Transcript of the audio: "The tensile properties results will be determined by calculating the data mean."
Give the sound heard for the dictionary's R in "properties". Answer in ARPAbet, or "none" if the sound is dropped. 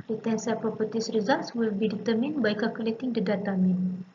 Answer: none